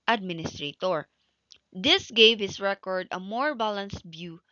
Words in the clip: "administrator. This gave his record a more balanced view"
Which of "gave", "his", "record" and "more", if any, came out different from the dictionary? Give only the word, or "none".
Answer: his